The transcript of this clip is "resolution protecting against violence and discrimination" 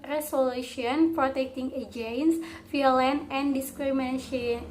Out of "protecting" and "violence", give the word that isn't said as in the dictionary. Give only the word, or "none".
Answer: violence